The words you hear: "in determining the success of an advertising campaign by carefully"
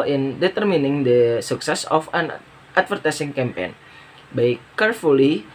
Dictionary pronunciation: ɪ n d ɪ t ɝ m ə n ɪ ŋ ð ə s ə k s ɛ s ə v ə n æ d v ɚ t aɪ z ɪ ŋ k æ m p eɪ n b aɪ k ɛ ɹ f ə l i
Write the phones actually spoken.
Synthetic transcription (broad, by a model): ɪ n d ɪ t ɝ m ə n ɪ ŋ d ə s ə k s ɛ s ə f ə n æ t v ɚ t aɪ s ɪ ŋ k æ m p eɪ n b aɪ k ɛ ɹ f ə l i